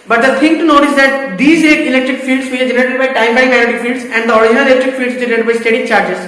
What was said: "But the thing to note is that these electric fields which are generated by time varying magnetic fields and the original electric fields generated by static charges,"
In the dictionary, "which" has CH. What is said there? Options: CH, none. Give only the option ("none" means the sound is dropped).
none